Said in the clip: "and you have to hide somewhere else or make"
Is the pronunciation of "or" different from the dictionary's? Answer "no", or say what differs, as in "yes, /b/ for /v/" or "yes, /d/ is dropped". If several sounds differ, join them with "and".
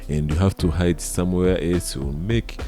yes, /l/ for /ɹ/